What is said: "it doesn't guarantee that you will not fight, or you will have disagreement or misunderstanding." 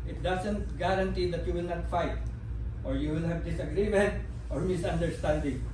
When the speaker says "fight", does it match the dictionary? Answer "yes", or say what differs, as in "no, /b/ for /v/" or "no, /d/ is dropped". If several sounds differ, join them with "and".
yes